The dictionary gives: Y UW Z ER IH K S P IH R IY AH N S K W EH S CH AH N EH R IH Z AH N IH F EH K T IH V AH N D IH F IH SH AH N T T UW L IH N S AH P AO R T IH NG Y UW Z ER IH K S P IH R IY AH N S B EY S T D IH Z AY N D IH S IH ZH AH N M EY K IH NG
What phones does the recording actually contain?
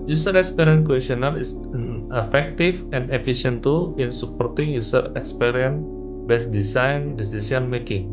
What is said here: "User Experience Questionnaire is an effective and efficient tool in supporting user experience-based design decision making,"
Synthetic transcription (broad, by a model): Y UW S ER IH K S P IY R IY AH N K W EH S AH N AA L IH S AH N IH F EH K T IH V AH N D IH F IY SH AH N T T UW L IH N S AH P AO R T IH NG Y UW S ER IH K S P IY R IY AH N B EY S D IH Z AY N D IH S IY S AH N M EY K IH NG